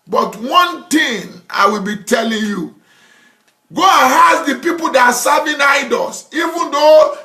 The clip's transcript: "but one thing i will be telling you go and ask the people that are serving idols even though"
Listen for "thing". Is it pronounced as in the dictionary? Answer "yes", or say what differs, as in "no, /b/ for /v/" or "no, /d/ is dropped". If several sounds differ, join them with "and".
no, /t/ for /θ/